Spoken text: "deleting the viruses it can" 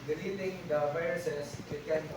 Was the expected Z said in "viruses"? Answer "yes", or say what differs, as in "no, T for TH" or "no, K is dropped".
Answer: no, S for Z